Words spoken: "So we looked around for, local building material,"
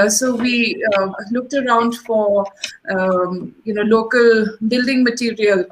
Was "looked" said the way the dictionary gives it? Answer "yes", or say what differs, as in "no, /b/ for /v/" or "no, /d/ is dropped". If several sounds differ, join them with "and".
yes